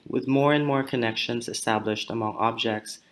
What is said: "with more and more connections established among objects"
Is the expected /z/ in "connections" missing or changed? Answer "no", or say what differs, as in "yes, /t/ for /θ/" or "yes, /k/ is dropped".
no